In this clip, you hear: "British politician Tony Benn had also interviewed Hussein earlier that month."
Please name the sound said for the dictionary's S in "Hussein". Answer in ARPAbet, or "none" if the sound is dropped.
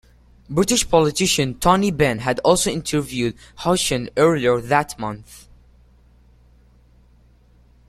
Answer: SH